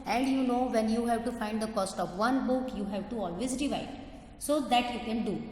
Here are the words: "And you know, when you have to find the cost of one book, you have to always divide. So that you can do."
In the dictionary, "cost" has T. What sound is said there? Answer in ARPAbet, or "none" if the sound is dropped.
T